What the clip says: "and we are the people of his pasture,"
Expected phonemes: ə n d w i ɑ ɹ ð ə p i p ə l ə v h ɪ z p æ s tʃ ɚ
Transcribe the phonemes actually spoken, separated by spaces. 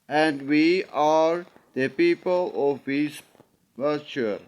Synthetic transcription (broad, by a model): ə n d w i ɑ ɹ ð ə p i p ə l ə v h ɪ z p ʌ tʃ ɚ